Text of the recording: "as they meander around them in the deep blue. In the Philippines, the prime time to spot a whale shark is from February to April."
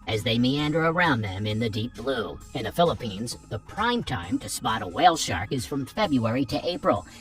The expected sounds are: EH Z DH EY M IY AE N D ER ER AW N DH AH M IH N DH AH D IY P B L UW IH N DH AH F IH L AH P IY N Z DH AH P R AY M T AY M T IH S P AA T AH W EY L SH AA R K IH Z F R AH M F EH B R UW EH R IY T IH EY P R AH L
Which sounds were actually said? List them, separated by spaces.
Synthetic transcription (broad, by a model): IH Z DH EY M IY AE N D ER ER AW N DH AH M IH N DH AH D IY P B L UW IH N DH AH F IH L AH P IY N Z DH AH P R AY M T AY M T IH S P AA T AH W EY L SH AA R K IH Z F R AH M F EH B R UW EH R IY T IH EY P R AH L